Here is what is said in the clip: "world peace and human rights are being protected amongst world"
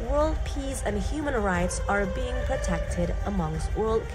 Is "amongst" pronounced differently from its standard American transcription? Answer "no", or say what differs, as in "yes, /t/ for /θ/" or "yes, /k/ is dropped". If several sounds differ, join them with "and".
no